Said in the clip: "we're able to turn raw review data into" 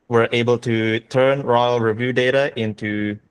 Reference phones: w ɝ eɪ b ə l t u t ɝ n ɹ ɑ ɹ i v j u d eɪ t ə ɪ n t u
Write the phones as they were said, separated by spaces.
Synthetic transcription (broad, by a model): w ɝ eɪ b ə l t u t ɝ n ɹ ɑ ɹ i v j u d eɪ t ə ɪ n t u